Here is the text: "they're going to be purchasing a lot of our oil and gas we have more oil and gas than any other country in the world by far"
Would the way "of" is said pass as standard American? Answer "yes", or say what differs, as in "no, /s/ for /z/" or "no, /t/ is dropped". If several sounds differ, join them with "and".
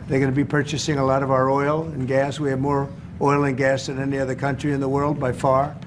yes